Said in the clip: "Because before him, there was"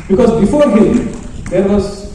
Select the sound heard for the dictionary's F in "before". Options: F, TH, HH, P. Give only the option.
F